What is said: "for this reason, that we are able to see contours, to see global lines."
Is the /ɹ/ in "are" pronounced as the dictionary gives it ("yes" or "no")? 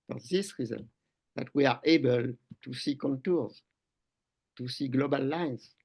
yes